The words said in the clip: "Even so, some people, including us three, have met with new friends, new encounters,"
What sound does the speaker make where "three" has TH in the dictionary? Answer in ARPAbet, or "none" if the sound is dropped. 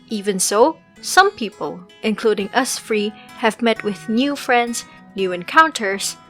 F